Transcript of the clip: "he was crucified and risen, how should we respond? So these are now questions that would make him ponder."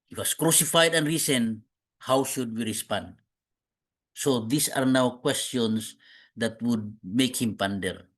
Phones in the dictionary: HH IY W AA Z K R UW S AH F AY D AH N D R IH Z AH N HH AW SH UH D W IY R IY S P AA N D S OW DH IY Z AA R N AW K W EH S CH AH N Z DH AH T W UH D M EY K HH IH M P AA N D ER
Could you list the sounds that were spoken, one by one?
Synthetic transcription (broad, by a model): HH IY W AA S K R UW S AH F AY D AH N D R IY S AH N HH AW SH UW D W IY R IY S P AA N D S OW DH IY S AA R N AW K W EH S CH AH N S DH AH T W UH D M EY K HH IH M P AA N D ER